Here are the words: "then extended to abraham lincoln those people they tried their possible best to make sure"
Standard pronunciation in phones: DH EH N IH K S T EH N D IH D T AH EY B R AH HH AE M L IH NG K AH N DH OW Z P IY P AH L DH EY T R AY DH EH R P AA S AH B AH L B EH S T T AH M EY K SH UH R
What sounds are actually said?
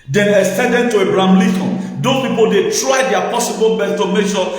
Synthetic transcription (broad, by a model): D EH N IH S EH D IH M T AH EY B R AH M L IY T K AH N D OW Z P IY P AH L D EY T R AY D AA P AA S AH B AH L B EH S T T AH M EY K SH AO